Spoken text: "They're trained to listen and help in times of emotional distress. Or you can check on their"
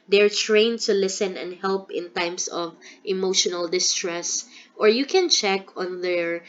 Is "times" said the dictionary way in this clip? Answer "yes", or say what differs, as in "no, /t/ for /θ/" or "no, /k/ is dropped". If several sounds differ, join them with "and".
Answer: no, /s/ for /z/